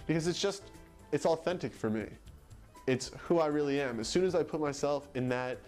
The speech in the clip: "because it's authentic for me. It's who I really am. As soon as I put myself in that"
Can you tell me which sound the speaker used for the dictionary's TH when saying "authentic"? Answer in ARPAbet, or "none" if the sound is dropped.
TH